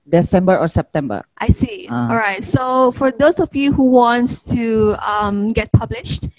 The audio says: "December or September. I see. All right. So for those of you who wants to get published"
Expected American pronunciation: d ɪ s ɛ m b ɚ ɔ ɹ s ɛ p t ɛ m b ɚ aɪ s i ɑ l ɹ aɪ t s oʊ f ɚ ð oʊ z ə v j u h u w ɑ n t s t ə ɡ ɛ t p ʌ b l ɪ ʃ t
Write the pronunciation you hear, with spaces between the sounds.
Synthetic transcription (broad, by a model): d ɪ s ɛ m b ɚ ɔ ɹ s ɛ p t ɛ m b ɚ aɪ s i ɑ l ɹ aɪ t s oʊ f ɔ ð oʊ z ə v j u h u w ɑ n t t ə ɡ ɛ t p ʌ b l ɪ ʃ t